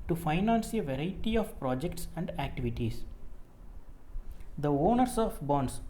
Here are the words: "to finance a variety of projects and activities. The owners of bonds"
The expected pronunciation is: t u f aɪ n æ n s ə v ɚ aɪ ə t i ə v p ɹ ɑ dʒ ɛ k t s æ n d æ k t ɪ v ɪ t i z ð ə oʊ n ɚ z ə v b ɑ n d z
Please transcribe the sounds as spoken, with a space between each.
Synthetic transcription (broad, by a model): t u f aɪ n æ n s ə v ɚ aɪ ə t i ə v p ɹ ɑ dʒ ɛ k t s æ n d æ k t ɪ v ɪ t i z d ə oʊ n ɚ s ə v b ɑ n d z